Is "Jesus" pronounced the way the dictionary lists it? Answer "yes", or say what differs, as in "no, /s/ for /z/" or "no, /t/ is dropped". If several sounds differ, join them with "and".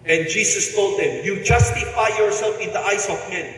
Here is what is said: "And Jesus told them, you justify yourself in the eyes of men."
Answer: no, /s/ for /z/